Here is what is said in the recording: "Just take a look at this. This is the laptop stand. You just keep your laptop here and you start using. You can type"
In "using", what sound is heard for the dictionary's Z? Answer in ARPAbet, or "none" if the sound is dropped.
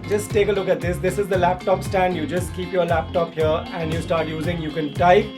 Z